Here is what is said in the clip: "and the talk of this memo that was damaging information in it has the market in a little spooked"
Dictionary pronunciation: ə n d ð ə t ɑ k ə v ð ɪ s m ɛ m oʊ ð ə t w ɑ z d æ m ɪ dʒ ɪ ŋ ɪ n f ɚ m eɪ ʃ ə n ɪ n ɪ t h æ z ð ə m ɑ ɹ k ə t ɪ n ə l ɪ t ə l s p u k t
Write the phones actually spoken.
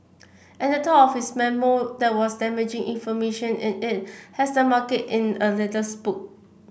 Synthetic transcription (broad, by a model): ə n d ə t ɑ ə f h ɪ s m ɛ m oʊ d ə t w ɑ s d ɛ m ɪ dʒ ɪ ŋ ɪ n f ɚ m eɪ ʃ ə n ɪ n ɪ t h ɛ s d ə m ɑ k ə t ɪ n ə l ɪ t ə s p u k